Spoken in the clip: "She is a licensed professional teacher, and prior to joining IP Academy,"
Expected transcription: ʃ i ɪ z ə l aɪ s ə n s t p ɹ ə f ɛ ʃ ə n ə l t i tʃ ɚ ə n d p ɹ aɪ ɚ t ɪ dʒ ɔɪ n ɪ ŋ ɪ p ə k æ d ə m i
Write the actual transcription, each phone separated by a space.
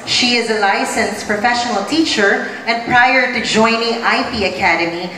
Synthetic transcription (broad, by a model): ʃ i ɪ z ə l aɪ s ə n s p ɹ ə f ɛ ʃ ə n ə l t i tʃ ɚ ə n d p ɹ aɪ ɚ t ɪ dʒ ɔɪ n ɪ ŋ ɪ p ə k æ d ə m i